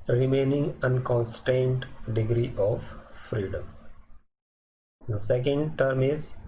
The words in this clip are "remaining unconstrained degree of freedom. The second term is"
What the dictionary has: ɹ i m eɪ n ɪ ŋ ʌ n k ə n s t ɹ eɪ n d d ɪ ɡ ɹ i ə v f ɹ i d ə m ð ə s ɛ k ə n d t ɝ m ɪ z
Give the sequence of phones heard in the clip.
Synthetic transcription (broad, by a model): ɹ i m eɪ n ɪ ŋ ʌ n k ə n s t eɪ n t d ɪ ɡ ɹ i ə v f ɹ i d ə m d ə s ɛ k ə n d t ɝ m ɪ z